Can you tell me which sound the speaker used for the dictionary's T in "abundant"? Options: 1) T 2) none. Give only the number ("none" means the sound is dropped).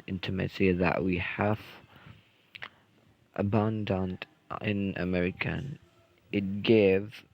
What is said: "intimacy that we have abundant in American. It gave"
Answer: 1